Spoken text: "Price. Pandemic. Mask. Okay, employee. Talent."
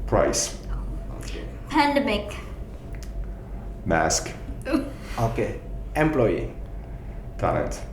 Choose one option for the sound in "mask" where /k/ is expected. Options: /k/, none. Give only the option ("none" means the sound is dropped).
/k/